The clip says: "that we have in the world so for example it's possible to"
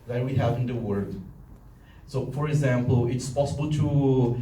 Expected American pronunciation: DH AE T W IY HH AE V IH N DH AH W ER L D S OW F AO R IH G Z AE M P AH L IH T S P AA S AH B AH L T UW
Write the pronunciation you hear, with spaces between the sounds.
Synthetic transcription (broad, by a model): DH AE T W IY HH AE V IH N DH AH W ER D S OW F AO R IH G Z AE M P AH L IH T S P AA S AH B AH L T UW